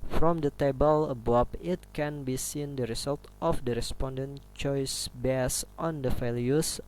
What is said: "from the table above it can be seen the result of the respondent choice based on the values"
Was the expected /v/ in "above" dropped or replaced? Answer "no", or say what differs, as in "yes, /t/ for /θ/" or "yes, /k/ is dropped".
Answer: yes, /p/ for /v/